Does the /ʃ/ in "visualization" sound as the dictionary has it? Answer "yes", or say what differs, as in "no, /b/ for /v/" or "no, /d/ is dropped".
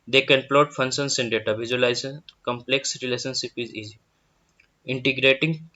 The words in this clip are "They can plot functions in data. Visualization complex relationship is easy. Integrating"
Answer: no, /ʃ/ is dropped